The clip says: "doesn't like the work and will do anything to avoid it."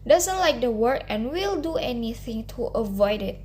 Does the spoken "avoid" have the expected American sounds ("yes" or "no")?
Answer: yes